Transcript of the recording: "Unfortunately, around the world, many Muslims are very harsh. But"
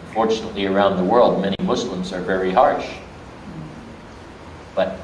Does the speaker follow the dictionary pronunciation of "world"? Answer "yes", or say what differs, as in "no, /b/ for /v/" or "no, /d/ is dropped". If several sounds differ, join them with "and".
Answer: yes